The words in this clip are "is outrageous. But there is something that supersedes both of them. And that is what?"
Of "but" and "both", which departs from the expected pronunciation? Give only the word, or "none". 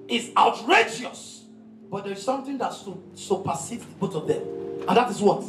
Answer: both